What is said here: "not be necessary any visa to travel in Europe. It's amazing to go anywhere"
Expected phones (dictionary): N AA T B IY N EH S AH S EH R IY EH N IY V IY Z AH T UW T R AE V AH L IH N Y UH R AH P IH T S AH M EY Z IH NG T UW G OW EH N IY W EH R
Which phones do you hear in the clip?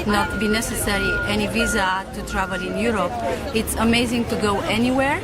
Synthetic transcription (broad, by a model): N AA T B IY N EH S AH S EH R IY EH N IY V IY Z AH T UW T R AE V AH L IH N Y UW R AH P IH T S AH M EY Z IH NG T UW G OW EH N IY W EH R